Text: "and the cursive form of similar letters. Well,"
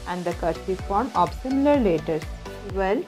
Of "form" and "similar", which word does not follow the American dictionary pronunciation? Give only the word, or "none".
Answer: none